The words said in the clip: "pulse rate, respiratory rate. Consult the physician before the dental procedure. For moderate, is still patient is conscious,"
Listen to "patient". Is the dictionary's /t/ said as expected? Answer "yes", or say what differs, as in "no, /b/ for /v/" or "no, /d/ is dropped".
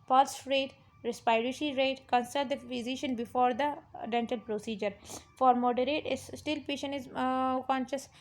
no, /t/ is dropped